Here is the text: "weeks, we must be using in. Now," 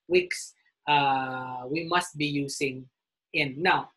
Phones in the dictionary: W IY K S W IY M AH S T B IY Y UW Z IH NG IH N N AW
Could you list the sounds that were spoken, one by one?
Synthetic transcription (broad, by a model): W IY K S W IY M AH S T B IY Y UW S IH NG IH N N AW